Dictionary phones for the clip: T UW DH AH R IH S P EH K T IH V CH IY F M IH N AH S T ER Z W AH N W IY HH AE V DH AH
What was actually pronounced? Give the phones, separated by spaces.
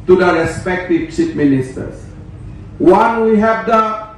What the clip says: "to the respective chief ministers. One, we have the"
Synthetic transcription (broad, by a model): T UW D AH R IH S P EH K T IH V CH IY P M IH N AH S T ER S W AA N W IY HH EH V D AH